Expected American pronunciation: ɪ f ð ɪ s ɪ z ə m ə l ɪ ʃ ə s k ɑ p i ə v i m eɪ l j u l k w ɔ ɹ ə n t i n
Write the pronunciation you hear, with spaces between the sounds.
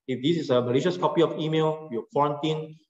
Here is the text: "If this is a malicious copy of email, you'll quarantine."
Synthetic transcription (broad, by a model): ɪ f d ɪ s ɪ s ə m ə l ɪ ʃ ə s k ɑ p i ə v i m eɪ l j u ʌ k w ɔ ɹ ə n t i n